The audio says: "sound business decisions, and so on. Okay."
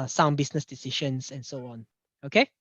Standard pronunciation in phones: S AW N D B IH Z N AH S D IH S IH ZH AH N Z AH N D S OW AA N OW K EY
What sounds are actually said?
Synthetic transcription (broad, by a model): S AW N B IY S N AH S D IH S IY SH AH N S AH N S OW AA N OW K EY